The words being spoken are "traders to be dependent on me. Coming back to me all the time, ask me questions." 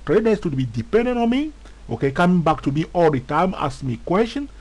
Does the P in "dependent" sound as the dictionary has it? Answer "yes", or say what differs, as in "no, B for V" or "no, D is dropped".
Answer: yes